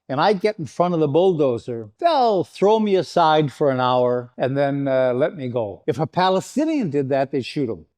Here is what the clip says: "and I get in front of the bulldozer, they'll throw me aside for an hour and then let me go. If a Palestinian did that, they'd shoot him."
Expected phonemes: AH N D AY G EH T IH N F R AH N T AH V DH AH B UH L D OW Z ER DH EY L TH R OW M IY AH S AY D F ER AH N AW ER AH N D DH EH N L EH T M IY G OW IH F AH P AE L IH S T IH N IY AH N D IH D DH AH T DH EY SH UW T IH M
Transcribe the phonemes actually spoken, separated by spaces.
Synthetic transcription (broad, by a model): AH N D AY G EH T N F R AH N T AH V DH AH B UH L D OW Z ER DH EY L TH R OW M IY AH S AY D F ER AH N AW ER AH N DH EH N L EH T M IY G OW IH F AH P AE L IH S T IH N IY AH N D IH D DH AH T DH EY SH UW T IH M